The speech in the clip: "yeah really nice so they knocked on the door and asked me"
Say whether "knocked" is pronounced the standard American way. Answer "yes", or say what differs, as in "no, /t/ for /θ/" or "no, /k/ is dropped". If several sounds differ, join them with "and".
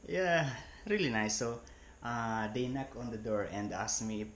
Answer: no, /t/ is dropped